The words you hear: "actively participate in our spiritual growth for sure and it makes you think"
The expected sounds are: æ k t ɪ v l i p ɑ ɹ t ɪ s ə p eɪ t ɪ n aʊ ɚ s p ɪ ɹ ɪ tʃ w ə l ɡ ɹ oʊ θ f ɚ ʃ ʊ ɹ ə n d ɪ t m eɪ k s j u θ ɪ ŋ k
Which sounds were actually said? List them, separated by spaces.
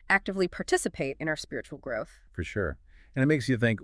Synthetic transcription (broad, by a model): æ k t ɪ v l i p ɑ ɹ t ɪ s ə p eɪ t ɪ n aʊ ɚ s p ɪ ɹ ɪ tʃ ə l ɡ ɹ oʊ θ f ɚ ʃ ʊ ɹ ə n ɪ t m eɪ k s j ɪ θ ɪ ŋ k